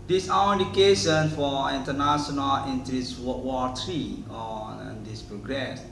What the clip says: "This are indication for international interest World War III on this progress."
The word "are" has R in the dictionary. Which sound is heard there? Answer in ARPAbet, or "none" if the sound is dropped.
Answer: W